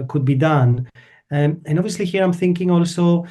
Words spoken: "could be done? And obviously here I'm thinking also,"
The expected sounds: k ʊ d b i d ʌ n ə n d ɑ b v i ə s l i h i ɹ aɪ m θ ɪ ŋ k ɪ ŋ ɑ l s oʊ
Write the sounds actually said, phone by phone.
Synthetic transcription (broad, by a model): k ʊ d b i d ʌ n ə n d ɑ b v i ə s l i h i ɹ aɪ m θ ɪ ŋ k ɪ ŋ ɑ l s oʊ